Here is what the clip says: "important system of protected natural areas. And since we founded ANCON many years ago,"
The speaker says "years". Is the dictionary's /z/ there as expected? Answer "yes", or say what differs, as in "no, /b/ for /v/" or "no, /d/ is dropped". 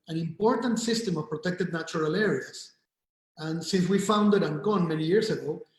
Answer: no, /s/ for /z/